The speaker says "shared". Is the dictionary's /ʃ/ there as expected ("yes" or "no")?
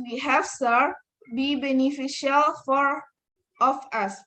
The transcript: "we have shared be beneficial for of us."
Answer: no